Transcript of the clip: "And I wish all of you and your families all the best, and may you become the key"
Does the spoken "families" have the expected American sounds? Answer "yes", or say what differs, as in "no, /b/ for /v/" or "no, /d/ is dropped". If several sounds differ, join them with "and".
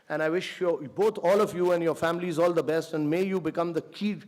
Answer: yes